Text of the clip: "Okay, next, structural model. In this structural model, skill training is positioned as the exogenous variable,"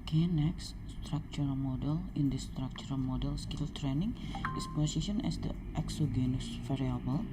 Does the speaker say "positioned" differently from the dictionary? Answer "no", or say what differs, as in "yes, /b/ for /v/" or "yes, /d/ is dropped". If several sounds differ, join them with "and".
yes, /d/ is dropped